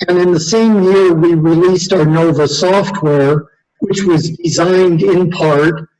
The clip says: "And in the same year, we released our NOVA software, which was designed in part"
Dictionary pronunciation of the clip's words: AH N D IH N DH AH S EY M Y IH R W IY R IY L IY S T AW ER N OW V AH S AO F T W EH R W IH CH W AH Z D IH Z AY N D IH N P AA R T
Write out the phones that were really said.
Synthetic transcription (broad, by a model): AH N IH N DH AH S EY M Y IH R W IY R IY L IY S T AW ER N OW V AH S AO F T W EH R W IH CH W AH Z D IH Z AY N D IH N P AA R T